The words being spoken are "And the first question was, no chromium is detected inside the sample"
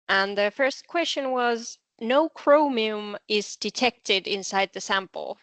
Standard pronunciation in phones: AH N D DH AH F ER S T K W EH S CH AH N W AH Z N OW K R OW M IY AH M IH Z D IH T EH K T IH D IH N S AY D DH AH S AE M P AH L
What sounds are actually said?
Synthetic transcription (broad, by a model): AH N DH AH F ER S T K W EH S CH AH N W AH Z N OW K R OW M IY AH M IH Z D IH T EH K T IH D IH N S AY D DH AH S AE M P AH L